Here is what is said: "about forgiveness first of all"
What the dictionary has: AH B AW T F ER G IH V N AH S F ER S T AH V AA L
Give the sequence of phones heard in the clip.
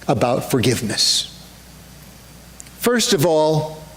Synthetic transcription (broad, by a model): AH B AW T F ER G IH V N AH S F ER S T AH V AA L